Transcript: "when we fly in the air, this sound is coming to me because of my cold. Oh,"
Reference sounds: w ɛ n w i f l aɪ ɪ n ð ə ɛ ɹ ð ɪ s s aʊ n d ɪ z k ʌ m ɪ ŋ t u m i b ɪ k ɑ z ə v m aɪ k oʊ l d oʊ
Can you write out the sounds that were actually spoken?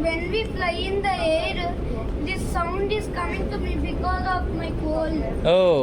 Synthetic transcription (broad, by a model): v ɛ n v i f l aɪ ɪ n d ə ɛ ɹ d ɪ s s aʊ n d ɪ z k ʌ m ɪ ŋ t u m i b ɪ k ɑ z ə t m aɪ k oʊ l oʊ